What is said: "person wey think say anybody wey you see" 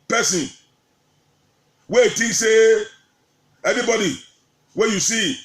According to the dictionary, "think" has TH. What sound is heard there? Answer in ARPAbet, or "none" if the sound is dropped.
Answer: T